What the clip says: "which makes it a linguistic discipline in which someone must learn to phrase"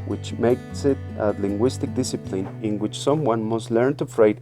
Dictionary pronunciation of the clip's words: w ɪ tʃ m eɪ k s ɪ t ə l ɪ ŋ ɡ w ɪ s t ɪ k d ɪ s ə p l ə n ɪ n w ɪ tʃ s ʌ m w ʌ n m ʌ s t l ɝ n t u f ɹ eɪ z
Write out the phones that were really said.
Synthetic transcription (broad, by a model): w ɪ tʃ m eɪ k s ɪ t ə l ɪ ŋ ɡ w ɪ s t ɪ k d ɪ s ə p l ə n ɪ n w ɪ tʃ s ʌ m w ʌ n m ʌ s t l ɝ n t u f ɹ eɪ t